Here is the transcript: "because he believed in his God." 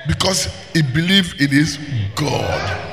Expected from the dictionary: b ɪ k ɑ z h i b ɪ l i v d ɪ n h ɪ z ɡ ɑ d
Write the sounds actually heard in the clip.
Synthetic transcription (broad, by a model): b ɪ k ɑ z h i b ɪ l i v ɪ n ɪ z ɡ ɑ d